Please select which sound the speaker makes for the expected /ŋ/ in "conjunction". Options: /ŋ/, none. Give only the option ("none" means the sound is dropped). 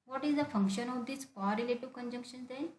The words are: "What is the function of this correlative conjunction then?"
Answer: /ŋ/